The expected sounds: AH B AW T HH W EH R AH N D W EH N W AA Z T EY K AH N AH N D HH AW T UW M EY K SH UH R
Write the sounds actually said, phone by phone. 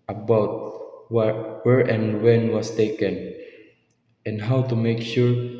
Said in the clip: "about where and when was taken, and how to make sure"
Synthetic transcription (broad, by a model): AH B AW T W W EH R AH N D W EH N W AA S T EY K AH N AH N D HH AW T UW M EY K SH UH R